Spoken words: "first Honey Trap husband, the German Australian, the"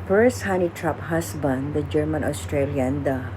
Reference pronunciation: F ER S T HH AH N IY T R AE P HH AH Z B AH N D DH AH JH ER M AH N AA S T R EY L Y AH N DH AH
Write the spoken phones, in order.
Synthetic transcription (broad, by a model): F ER S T HH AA N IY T R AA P HH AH S B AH N D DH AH JH ER M AH N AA S T R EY L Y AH N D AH